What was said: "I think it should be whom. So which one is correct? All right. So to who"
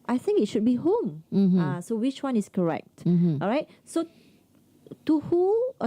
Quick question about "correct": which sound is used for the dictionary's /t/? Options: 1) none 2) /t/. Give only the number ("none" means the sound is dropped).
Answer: 2